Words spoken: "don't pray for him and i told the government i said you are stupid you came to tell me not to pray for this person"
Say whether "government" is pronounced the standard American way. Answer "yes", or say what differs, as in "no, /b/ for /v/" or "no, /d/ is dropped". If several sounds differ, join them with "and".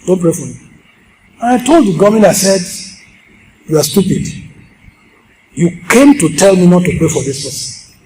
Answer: no, /t/ is dropped